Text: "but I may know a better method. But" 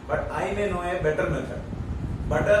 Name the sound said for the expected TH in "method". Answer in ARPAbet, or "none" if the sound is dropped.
S